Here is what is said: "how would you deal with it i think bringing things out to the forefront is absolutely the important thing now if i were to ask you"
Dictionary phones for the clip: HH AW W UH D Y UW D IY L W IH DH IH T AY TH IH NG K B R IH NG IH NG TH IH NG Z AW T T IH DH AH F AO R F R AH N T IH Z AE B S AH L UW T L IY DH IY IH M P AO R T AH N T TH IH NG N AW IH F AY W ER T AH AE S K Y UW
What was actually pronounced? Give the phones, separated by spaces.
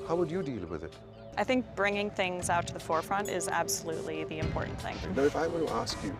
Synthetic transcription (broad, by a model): HH AW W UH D Y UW D IY L W IH DH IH T AY TH IH NG K B R IH NG IH NG TH IH NG Z AW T T IH DH AH F AO R F R AH N T IH Z AE B S AH L UW T L IY DH IY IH M P AO R T N TH IH NG N AW IH F AY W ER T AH AE S K Y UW